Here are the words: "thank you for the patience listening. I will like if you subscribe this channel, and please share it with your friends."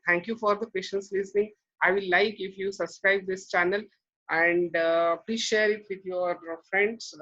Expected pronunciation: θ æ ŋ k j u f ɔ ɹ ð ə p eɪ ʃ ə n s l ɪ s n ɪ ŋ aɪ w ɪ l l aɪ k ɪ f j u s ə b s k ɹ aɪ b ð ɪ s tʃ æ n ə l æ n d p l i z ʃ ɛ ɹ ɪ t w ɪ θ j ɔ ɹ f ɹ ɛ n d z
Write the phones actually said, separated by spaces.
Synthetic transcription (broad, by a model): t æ ŋ k j u f ɔ ɹ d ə p eɪ ʃ ə n s l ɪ s n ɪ ŋ aɪ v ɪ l l aɪ k ɪ f j u s ə b s k ɹ aɪ b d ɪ s tʃ æ n ə l æ n d p l i z ʃ ɛ ɹ ɪ t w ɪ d j ɔ ɹ f ɹ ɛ n d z